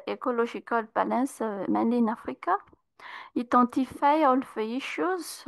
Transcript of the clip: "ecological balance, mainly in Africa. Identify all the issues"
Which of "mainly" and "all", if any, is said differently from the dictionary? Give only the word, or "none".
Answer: mainly